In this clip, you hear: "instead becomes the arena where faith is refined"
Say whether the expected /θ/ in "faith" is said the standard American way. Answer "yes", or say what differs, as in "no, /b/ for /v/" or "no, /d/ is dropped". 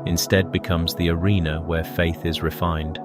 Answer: yes